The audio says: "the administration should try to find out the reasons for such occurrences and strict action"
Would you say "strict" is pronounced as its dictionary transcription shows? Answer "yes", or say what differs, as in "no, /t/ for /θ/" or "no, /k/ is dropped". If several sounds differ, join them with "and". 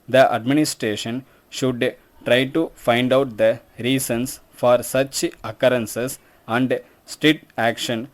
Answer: no, /ɹ/ is dropped and /k/ is dropped